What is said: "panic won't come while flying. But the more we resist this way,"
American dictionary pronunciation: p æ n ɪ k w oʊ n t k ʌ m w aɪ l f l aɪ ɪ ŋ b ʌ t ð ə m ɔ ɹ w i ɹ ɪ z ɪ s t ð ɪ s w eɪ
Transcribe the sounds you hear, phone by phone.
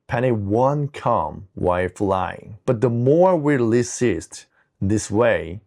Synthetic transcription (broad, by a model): p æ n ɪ w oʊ n k ʌ m w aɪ f l aɪ ɪ ŋ b ʌ t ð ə m ɔ ɹ w i l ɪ s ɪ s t ð ɪ s w eɪ